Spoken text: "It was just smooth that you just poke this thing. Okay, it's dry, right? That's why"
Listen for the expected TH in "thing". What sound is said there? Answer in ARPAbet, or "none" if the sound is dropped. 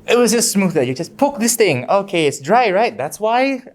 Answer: TH